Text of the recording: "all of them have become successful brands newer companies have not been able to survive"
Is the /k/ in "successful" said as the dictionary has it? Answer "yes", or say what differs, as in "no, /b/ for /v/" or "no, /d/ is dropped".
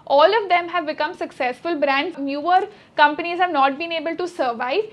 yes